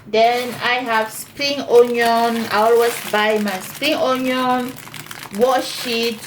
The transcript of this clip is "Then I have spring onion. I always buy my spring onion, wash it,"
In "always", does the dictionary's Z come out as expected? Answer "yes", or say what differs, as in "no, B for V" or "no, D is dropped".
no, S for Z